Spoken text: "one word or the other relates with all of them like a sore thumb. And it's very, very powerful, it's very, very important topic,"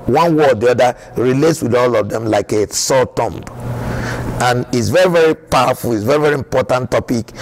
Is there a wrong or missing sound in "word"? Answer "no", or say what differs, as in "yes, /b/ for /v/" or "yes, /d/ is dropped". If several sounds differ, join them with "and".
yes, /d/ is dropped